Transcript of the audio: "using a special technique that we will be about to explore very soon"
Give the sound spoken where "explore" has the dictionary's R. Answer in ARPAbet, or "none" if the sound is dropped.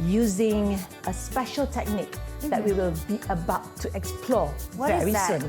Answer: W